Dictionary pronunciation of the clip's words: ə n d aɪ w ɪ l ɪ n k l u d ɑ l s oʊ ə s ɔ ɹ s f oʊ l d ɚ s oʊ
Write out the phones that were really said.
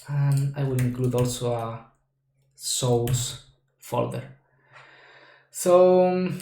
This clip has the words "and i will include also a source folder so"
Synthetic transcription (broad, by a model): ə n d aɪ w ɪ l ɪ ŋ k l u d ɑ l s oʊ ə s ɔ l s f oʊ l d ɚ s oʊ